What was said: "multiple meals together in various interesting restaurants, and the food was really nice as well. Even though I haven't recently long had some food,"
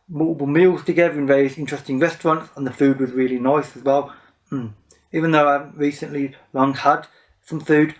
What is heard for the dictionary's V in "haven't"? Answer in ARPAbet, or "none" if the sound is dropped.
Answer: none